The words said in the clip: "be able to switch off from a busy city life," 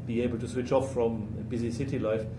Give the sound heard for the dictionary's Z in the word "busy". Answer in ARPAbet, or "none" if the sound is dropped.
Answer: Z